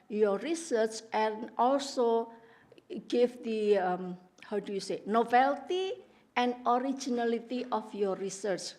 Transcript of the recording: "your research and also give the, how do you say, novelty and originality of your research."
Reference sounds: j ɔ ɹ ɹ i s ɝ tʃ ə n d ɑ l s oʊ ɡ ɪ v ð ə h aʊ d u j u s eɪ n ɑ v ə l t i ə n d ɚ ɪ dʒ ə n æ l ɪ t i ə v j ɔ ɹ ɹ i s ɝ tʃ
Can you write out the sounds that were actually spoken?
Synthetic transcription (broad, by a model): j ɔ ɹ ɹ i s ɝ tʃ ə n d ɑ l s oʊ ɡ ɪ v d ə h aʊ d u j u s eɪ n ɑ b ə l t i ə n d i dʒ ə n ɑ l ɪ t i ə f j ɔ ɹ ɹ i s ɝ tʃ